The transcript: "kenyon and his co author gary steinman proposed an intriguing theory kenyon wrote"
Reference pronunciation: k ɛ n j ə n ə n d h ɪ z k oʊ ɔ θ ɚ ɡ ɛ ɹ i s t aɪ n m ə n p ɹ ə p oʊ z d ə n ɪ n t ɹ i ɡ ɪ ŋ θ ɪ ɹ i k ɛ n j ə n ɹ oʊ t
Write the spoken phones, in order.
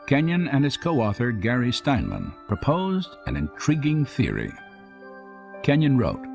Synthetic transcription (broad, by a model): k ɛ n j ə n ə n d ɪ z k oʊ ɔ θ ɚ ɡ ɛ ɹ i s t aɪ n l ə n p ɹ ə p oʊ z d ə n ɪ n t ɹ i ɡ ɪ ŋ θ ɪ ɹ i k ɛ n j ə n ɹ oʊ t